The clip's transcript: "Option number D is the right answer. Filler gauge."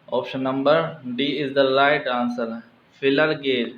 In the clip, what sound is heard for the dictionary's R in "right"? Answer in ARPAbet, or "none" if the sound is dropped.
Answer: L